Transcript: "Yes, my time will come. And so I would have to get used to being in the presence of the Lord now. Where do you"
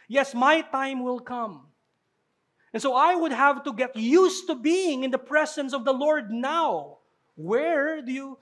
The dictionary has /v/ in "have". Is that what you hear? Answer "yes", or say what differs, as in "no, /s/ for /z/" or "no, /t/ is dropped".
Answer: yes